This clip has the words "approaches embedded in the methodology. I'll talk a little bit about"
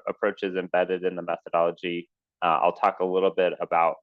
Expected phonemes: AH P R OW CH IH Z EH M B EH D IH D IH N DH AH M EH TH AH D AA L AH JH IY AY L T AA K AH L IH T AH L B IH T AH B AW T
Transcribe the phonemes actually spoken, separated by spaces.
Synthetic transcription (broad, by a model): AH P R OW CH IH Z EH M B EH D IH D IH N DH AH M EH TH AH D AA L AH JH IY AY L T AA K AH L IH T L B IH T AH B AW T